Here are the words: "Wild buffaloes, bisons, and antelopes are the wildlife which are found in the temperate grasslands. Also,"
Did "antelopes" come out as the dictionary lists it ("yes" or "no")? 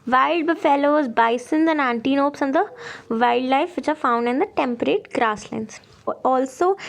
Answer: no